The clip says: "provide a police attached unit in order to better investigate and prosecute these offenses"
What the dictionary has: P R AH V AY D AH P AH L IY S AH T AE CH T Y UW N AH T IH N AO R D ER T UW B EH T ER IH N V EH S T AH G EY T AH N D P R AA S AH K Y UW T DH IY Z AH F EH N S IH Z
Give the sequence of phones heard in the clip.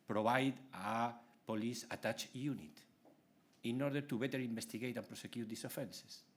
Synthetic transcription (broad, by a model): P R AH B AY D AH P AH L IY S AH T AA CH Y UW N AH T IH N AO R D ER T UW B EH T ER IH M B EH S T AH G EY T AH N P R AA S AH K Y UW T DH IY S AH F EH N S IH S